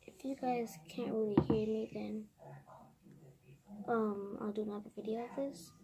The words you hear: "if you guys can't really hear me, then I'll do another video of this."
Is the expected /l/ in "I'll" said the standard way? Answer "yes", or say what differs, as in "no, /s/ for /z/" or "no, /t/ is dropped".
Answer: yes